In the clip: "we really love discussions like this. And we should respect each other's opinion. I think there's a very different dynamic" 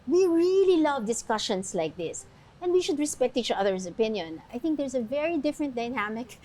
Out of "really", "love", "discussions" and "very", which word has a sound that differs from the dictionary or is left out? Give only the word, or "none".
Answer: discussions